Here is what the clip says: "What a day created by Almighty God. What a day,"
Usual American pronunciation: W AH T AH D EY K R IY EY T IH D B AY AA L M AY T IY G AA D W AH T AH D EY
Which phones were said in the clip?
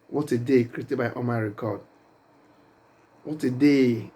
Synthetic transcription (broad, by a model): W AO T AH D EY K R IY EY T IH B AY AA M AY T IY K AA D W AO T AH D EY